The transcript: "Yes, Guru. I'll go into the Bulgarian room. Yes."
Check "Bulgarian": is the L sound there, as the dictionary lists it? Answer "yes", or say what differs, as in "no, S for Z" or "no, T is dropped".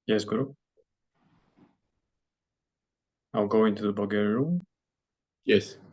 no, L is dropped